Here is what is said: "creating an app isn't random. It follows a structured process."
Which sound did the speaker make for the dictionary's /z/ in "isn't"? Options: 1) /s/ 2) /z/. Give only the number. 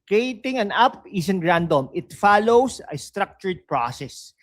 1